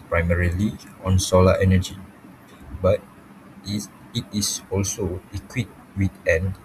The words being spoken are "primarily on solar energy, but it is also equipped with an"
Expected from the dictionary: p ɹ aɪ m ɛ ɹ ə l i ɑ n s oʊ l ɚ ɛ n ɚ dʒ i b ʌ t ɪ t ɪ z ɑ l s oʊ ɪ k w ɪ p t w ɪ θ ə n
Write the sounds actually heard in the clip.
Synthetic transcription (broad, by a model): p ɹ aɪ m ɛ ɹ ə l i ɑ n s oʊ l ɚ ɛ n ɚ dʒ i b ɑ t ɪ t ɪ s ɑ l s oʊ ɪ k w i t w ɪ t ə n